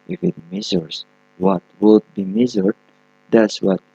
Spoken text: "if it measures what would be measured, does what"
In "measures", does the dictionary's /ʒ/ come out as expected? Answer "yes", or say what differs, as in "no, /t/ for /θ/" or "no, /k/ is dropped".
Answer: no, /z/ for /ʒ/